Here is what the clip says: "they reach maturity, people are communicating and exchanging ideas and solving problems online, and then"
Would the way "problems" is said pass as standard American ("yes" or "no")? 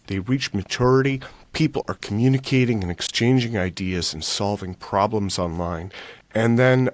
yes